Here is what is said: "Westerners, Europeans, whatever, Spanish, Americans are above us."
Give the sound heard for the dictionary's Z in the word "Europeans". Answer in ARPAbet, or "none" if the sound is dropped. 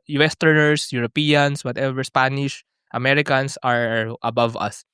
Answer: S